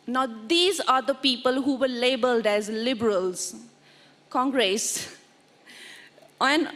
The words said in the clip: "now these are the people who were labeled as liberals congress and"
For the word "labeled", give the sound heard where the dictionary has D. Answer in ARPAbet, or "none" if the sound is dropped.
D